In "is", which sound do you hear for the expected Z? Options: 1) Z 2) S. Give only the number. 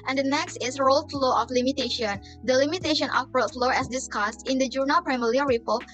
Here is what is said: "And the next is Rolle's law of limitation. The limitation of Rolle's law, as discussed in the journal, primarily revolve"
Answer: 2